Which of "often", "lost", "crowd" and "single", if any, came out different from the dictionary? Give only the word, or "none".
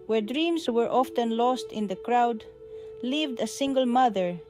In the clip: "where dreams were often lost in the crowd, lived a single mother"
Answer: none